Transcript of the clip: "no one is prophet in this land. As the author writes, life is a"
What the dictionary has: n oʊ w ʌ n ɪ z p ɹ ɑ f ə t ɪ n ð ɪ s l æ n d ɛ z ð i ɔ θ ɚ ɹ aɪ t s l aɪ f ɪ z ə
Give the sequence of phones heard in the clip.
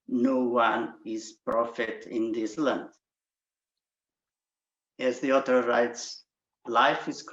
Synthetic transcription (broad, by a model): n oʊ w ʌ n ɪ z p ɹ ɑ f ə t ɪ n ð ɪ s l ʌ n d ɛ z ð i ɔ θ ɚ ɹ aɪ t s l aɪ f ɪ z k